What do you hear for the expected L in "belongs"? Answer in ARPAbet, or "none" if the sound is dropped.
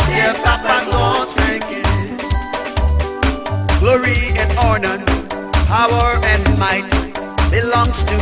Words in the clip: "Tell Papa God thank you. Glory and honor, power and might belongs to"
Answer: L